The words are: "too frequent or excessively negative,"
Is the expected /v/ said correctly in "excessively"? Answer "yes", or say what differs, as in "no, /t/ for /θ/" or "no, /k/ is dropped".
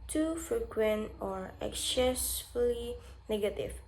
no, /v/ is dropped